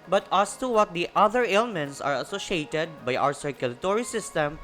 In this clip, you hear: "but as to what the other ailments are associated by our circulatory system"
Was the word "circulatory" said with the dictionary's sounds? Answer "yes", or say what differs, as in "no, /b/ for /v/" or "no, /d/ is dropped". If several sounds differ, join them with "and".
yes